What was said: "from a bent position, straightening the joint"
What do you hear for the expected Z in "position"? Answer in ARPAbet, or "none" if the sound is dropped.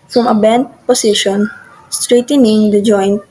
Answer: S